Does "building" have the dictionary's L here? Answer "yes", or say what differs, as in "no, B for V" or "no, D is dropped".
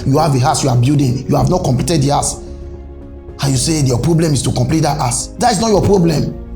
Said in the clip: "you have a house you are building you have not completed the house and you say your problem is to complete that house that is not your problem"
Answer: no, L is dropped